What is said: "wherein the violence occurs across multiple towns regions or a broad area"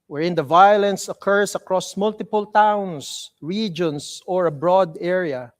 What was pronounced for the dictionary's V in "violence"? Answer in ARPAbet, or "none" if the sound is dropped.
V